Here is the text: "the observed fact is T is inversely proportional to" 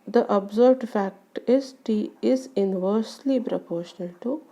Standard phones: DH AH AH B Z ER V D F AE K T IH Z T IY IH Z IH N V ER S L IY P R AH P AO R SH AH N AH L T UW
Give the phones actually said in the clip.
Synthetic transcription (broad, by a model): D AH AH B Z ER B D F AE K T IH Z T IY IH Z IH N V ER S L IY P R AH P AO R SH AH N AH L T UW